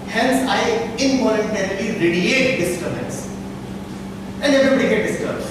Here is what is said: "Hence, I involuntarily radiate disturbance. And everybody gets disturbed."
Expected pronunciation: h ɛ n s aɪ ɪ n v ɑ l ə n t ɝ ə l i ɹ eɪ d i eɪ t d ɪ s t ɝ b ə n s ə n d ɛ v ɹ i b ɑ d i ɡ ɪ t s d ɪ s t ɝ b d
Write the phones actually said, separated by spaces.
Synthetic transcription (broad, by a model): h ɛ n s aɪ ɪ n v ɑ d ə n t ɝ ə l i ɹ eɪ d i eɪ t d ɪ s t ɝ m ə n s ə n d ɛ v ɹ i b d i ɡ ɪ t d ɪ s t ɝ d